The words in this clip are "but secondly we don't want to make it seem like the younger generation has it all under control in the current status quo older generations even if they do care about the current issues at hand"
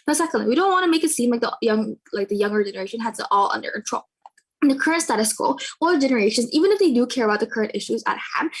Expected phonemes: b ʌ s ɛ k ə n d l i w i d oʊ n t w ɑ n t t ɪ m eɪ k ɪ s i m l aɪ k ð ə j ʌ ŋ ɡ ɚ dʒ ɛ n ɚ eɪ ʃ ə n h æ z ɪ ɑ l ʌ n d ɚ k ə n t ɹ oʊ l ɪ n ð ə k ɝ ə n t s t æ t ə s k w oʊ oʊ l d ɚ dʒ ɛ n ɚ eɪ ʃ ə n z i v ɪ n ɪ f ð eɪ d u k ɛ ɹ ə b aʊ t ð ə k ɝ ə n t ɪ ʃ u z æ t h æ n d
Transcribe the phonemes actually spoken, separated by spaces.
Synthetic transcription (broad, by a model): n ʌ s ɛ k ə n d l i w i d oʊ n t w ɑ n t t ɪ m eɪ k ɪ s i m l aɪ k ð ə j ʌ ŋ ɡ ɚ dʒ ɛ n ɚ eɪ ʃ ə n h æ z ɪ ɑ l ʌ n d ɚ k ə n t ɹ oʊ l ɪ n ð ə k ɝ ə n t s t æ t ə s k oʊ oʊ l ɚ dʒ ɛ n ɚ eɪ ʃ ə n z i v ɪ n ɪ f ð eɪ d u k ɛ ɹ ə b aʊ t ð ə k ɝ ə n t ɪ ʃ u z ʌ t h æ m